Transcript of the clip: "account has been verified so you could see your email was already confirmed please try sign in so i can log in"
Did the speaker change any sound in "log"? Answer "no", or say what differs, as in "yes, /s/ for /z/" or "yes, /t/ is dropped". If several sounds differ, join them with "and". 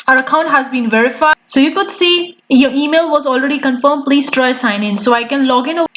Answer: no